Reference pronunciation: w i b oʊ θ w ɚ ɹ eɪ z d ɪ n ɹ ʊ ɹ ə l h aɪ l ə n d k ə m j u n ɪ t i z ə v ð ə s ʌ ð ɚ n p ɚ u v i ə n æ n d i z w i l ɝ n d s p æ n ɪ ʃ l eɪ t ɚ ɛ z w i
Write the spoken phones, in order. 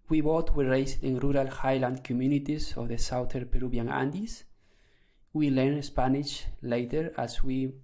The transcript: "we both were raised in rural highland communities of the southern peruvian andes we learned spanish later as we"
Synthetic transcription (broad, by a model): w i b oʊ t w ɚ ɹ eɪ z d ɪ n ɹ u ɹ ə l h aɪ l ə n d k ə m j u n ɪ t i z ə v ð ə s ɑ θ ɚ p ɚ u b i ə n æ n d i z w i l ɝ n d s p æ n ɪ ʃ l eɪ t ɚ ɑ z w i